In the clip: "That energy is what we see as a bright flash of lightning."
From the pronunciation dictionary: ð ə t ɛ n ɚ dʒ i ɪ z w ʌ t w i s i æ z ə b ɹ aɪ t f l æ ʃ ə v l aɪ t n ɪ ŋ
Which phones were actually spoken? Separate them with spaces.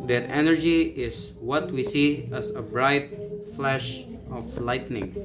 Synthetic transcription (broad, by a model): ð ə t ɛ n ɚ dʒ i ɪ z w ʌ t w i s i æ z ə b ɹ aɪ t f l æ ʃ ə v l aɪ t n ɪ ŋ